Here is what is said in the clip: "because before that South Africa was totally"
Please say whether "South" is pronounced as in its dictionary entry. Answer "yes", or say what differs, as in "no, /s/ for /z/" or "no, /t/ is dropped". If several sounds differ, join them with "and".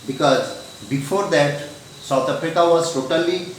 no, /t/ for /θ/